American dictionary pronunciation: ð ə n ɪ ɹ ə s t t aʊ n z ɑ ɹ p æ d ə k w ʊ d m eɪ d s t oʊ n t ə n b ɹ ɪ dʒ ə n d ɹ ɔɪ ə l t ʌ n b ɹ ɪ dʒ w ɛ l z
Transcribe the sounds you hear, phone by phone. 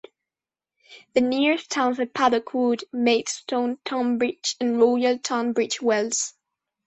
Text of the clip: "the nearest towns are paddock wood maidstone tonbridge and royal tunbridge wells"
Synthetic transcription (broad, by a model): ð ə n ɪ ɹ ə s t t aʊ n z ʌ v p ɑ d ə k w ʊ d m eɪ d s t oʊ n t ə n b ɹ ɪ tʃ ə n ɹ ɔɪ ə l t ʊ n b ɹ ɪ tʃ w ɛ l z